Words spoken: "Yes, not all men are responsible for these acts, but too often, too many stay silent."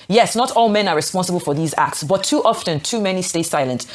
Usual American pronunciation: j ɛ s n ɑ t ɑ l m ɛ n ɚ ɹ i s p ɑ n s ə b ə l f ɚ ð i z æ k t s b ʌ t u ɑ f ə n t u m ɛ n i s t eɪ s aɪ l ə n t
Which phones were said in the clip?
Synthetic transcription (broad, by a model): j ɛ s n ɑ t ɑ l m ɛ n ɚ ɹ i s p ɑ n s ə b ə l f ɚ ð i z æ k t s b ʌ t u ɑ f ə n t u m ɛ n i s t eɪ s aɪ l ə n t